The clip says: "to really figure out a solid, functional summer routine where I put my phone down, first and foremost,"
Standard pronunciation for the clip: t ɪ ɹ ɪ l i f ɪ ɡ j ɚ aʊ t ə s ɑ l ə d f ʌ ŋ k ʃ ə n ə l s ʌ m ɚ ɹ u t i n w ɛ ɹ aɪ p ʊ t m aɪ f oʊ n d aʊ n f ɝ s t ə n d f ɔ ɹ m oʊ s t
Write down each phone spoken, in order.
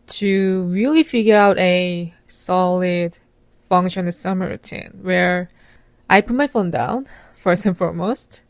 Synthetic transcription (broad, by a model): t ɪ ɹ ɪ l i f ɪ ɡ j ɚ aʊ t ə s ɑ l ə d f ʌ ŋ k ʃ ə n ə s ʌ m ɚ ɹ u t i n w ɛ ɹ aɪ p ʊ t m aɪ f oʊ n d aʊ n f ɝ s t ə n f ɔ ɹ m oʊ s t